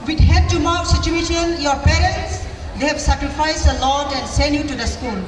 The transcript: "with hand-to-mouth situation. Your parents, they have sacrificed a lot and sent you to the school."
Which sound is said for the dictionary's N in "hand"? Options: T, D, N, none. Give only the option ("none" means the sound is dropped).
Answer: none